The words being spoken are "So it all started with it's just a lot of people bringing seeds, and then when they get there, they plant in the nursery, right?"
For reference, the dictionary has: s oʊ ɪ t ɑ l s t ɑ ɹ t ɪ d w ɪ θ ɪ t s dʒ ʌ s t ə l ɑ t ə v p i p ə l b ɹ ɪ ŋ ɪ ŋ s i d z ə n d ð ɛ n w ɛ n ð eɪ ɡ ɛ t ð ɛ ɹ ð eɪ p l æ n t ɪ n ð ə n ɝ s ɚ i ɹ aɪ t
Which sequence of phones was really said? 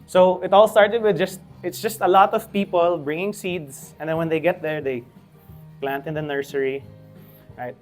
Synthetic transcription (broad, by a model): s oʊ ɪ t ɑ l s t ɑ ɹ t ɪ d w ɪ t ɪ t s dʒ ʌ s t ə l ɑ t ə v p i p ə l b ɹ ɪ ŋ ɪ ŋ s i d s ə n d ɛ n w ɛ n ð eɪ ɡ ɛ t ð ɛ ɹ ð eɪ p l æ n t ɪ n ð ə n ɝ s ɚ i ɹ aɪ t